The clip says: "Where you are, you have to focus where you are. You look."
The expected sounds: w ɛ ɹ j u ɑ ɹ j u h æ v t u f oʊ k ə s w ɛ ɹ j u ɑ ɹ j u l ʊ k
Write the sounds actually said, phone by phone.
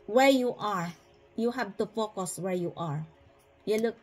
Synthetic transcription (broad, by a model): w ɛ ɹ j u ɑ ɹ j u h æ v t u f oʊ k ə s w ɛ ɹ j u ɑ ɹ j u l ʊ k